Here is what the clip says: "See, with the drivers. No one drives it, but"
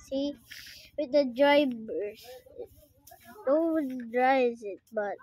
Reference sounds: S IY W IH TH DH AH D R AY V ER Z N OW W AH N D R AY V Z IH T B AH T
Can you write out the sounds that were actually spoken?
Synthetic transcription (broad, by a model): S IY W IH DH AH D R AY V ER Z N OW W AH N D R AY Z IH T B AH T